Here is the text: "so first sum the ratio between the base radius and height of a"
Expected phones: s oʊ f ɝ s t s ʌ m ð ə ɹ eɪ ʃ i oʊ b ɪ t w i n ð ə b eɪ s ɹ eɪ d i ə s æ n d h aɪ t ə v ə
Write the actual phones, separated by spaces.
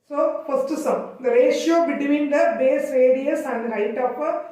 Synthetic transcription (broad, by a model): s oʊ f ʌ s t s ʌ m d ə ɹ eɪ ʃ i oʊ b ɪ t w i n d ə b eɪ s ɹ eɪ d i ə s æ n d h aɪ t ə p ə